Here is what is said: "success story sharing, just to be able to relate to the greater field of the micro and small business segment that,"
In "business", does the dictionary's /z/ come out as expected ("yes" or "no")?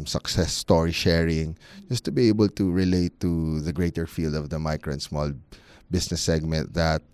no